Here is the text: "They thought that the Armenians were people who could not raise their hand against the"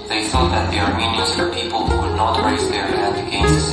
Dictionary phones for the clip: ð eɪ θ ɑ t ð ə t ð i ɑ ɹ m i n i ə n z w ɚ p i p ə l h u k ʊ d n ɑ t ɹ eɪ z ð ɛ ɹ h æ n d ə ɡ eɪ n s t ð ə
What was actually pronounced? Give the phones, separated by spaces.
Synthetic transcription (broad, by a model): ð eɪ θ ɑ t ð ə t ð i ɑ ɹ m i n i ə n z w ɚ p i p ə l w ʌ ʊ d n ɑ t ɹ eɪ z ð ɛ ɹ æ d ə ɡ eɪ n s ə